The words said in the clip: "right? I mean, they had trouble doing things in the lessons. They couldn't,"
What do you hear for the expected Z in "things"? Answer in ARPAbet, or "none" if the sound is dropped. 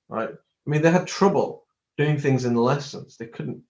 Z